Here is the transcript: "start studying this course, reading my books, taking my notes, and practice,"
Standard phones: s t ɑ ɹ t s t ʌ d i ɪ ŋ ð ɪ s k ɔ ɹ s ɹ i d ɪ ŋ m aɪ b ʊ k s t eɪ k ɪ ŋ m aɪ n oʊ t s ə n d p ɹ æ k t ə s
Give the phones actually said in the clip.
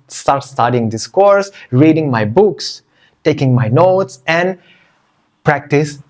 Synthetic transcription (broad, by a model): s t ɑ ɹ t s t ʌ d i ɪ ŋ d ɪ s k ɔ ɹ s ɹ i d ɪ ŋ m aɪ b ʊ k s t eɪ k ɪ ŋ m aɪ n oʊ t s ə n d p ɹ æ k t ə s